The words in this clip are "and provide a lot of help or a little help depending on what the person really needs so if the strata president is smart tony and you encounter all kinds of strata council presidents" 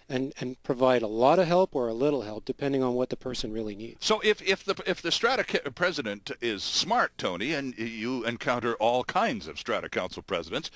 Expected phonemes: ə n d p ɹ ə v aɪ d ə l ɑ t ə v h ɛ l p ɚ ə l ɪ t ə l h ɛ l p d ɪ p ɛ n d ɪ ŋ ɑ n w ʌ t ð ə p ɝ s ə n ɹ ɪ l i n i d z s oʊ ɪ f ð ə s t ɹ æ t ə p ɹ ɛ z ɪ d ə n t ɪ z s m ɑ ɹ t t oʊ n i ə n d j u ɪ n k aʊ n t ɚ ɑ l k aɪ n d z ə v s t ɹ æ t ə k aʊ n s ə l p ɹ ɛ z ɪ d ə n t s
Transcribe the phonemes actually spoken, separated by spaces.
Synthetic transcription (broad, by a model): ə n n p ɹ ə v aɪ d ə l ɑ t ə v h ɛ l p ɚ ə l ɪ t l h ɛ l p d ɪ p ɛ n d ɪ ŋ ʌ n w ʌ t ð ə p ɝ s ə n ɹ ɪ l i n i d s oʊ ɪ f ð ə s t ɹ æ t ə p ɹ ɛ z ɪ d ə n t ɪ z s m ɑ ɹ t t oʊ n i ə n j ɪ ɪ n k aʊ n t ɚ ɑ l k aɪ n d z ə v s t ɹ æ t ə k aʊ n s l p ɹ ɛ z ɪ d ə n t s